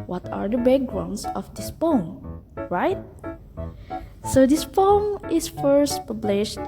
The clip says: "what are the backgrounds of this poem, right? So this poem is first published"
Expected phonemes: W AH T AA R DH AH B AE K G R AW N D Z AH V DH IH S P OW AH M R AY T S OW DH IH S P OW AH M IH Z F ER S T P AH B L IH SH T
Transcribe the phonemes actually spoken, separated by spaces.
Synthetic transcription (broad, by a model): W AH T AA R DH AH B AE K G R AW N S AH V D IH S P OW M R AY T S OW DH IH S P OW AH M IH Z F ER S T P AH B L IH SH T